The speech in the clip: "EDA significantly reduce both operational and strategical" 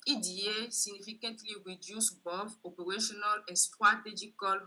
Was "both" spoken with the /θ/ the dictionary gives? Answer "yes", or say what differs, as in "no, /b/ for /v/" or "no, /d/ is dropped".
no, /f/ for /θ/